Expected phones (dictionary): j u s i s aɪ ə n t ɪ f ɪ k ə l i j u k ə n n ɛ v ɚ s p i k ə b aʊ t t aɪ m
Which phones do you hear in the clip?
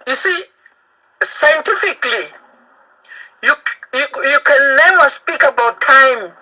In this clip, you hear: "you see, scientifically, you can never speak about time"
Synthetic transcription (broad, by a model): j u s i s aɪ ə n t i f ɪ k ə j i j u k ə n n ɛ w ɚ s p i k ə b aʊ t t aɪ m